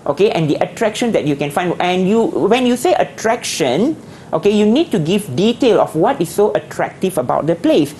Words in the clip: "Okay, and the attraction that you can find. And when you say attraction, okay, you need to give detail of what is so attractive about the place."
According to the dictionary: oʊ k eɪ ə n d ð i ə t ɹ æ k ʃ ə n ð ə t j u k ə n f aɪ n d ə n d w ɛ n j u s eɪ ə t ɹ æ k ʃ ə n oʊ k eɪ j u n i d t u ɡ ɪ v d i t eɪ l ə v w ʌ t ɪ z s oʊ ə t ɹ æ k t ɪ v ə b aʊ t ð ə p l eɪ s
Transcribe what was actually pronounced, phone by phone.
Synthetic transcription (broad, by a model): oʊ k eɪ ə n d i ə t ɹ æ k ʃ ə n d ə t j u k ə n f aɪ n ə n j w ɛ n j u s eɪ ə t ɹ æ k ʃ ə n oʊ k eɪ j u n i d t u ɡ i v d i t eɪ l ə f w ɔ t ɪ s oʊ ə t ɹ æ k t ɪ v ə b aʊ t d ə p l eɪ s